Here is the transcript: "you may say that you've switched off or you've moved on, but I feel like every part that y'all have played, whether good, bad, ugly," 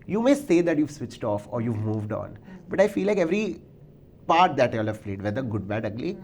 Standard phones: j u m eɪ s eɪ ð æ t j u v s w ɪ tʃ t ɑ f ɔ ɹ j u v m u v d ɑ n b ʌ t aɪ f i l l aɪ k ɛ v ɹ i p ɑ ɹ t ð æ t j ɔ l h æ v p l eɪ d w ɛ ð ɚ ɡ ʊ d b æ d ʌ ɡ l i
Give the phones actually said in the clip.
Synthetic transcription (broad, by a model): j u m eɪ s eɪ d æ t j u v s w ɪ tʃ t ɑ f ɔ ɹ j u v m u v d ɑ n b ʌ t aɪ f i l l aɪ k ɛ v ɹ i p ɑ ɹ t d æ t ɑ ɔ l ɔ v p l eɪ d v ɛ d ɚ ɡ ʊ d b æ d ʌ ɡ l i